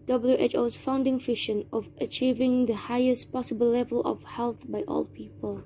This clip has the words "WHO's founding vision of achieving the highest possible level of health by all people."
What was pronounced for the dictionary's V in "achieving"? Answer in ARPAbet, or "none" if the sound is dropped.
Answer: V